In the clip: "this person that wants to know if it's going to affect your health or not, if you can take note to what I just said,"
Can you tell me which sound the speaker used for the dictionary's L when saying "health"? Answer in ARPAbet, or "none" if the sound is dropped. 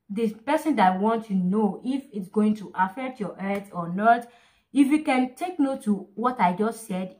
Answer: none